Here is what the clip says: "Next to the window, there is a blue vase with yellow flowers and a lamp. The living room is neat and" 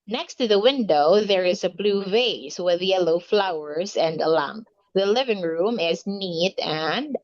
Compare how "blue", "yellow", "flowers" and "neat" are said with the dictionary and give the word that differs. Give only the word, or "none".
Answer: none